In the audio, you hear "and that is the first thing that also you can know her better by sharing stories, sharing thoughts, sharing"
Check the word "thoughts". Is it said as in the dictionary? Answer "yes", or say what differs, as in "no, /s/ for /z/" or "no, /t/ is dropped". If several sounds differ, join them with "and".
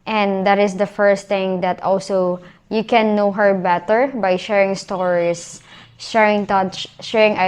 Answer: no, /t/ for /θ/